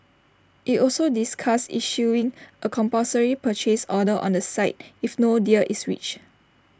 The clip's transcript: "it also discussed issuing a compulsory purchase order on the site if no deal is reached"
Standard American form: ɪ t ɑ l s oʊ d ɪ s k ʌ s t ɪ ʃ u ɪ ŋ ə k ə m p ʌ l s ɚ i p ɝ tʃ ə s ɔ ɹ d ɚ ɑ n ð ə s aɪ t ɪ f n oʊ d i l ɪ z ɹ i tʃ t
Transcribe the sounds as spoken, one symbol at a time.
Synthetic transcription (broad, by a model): ɪ t ɑ l s oʊ d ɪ s k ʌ s ɪ ʃ u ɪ ŋ ə k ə m p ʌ s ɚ i p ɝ tʃ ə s ɔ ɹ d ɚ ɑ n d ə s aɪ t ɪ f n oʊ d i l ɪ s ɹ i tʃ